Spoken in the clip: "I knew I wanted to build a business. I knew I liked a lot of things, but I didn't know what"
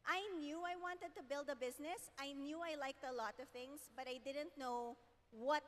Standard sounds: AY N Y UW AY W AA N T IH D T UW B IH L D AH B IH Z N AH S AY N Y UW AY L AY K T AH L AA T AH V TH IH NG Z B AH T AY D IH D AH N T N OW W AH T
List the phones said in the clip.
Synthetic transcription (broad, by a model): AY N Y UW AY W AA N T IH D T UW B IH L D AH B IH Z N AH S AY N Y UW AY L AY K T AH L AA T AH V TH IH NG S B AH T AY D IH D AH N T N OW W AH T